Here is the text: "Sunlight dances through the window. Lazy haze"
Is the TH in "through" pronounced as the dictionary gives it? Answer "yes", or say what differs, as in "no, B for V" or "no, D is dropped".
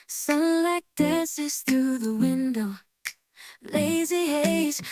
yes